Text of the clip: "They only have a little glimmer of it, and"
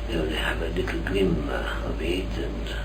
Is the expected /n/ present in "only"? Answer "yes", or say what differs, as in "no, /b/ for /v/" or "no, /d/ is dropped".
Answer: no, /n/ is dropped